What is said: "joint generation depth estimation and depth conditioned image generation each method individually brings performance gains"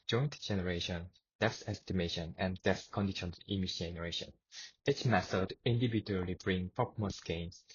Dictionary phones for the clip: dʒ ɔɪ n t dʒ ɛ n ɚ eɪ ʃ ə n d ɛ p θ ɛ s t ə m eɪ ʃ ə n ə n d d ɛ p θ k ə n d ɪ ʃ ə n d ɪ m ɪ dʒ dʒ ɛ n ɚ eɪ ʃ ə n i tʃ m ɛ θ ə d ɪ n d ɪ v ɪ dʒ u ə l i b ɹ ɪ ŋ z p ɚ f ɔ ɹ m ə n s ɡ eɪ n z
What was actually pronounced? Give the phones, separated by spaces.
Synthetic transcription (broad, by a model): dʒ ɔɪ n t dʒ ɛ n ɚ eɪ ʃ ə n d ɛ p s ɛ s t ə m eɪ ʃ ə n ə n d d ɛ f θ k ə n d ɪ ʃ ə n ɪ m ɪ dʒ dʒ ɛ n ɚ eɪ ʃ ə n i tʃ m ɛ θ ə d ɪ n d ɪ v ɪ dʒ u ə l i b ɹ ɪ ŋ p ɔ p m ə s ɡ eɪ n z